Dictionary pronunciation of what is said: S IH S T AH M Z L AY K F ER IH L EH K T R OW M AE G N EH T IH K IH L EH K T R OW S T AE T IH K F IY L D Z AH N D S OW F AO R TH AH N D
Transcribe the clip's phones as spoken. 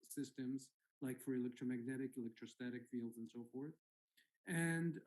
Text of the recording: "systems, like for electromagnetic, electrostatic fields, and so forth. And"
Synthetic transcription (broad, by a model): S IH S T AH M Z L AY K F ER IH L EH K T R OW M AE G N EH T IH K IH L EH K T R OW S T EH T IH K F IY L D Z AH N S OW F AO R TH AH N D